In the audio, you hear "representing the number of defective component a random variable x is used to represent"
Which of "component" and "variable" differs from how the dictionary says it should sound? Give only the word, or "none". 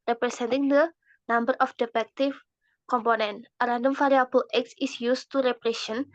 variable